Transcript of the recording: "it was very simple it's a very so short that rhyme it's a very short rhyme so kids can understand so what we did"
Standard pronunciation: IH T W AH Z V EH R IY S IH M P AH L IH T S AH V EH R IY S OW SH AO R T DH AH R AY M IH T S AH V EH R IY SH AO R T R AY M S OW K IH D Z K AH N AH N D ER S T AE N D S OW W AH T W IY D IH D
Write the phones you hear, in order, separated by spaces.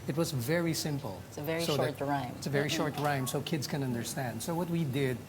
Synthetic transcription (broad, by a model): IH T W AH Z V EH R IY S IH M P L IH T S AH V EH R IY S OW SH AO R T R AY M IH T S AH V EH R IY SH AO R T R AY M S OW K IH D Z K AH N AH N D ER S T AE N D S OW W AH T W IY D IH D